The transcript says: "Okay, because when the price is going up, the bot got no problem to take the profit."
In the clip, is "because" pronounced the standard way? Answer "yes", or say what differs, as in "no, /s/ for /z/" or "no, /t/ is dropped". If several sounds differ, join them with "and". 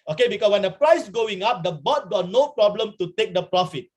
no, /s/ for /z/